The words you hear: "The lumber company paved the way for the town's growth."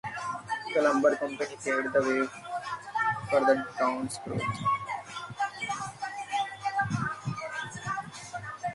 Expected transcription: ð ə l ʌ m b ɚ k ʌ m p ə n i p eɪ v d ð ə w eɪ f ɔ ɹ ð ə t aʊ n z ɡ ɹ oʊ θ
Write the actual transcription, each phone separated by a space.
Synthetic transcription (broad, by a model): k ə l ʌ m b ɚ k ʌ m p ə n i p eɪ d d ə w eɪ f ɔ ɹ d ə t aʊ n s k ɹ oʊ t